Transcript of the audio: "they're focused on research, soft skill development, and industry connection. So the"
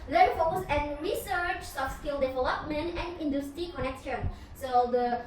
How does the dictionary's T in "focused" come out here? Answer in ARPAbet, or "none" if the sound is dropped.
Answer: none